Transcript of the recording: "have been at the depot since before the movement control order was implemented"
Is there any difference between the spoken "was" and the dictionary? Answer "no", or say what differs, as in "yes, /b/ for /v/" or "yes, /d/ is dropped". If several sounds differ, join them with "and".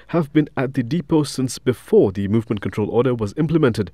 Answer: no